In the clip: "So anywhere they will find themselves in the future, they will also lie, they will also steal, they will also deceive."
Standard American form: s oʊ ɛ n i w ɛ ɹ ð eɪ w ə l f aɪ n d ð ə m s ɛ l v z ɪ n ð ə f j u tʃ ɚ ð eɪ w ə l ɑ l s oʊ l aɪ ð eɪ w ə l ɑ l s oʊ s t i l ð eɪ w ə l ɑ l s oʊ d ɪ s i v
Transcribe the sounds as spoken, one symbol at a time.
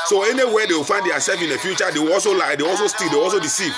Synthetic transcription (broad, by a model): s oʊ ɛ n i w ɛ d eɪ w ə f aɪ n d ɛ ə s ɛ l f ɪ n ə f j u tʃ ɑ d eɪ w ɑ l s oʊ l aɪ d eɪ ɑ l s oʊ s t i l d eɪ ɑ l s oʊ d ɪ s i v